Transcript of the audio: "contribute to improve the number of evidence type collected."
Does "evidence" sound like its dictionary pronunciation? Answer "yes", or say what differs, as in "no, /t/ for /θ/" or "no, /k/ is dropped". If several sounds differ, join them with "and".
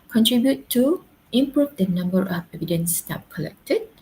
yes